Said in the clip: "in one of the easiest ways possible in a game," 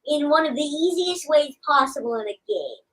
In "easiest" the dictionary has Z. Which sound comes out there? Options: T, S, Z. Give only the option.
Z